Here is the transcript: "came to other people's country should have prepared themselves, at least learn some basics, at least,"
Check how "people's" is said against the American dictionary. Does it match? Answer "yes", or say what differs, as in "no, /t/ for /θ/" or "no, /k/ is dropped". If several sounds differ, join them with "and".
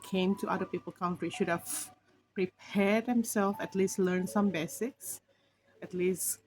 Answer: no, /z/ is dropped